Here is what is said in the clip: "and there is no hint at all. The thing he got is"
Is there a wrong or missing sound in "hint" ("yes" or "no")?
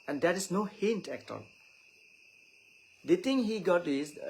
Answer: no